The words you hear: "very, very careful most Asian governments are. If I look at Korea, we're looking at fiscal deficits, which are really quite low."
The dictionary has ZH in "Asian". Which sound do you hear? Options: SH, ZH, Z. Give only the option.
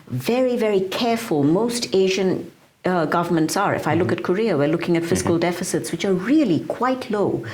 ZH